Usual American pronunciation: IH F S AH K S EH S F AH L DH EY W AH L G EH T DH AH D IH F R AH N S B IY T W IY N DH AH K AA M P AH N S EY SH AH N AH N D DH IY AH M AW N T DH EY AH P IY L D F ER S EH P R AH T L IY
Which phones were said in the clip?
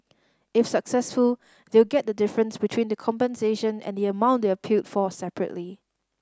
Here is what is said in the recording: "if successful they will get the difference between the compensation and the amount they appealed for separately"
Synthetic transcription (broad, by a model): IH F S AH K S EH S F AH L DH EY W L G EH T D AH D IH F R AH N S B IY T W IY N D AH K AA M P AH N S EY SH AH N AH N D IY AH M AW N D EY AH P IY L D F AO S EH P R AH T L IY